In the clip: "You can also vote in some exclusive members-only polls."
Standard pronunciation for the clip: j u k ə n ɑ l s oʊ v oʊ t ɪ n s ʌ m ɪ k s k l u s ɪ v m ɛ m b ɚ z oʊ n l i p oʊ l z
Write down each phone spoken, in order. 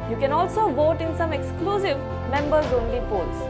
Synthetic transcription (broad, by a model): j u k ə n ɑ l s oʊ v oʊ t ɪ n s ʌ m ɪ k s k l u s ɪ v m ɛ m b ɚ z oʊ n l i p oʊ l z